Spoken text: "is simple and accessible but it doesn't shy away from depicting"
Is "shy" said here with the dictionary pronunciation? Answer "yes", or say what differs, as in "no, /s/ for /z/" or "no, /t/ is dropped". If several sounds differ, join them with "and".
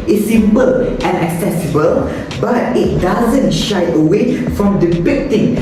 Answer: yes